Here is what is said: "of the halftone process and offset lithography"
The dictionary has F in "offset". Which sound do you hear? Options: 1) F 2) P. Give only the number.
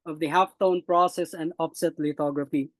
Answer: 2